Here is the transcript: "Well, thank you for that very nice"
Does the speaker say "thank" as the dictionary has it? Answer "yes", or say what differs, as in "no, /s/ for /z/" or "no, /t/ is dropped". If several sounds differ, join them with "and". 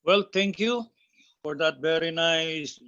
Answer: no, /t/ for /θ/